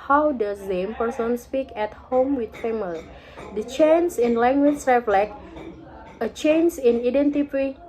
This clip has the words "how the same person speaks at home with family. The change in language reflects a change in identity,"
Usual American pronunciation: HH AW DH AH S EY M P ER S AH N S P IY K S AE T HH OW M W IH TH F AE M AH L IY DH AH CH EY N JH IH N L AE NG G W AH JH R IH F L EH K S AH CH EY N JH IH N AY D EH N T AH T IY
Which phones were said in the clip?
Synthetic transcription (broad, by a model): HH AW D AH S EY M P ER S AH N S P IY K EH T HH OW M W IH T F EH M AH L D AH CH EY N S IH N L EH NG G W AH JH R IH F L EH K AH CH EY N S IH N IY D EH N T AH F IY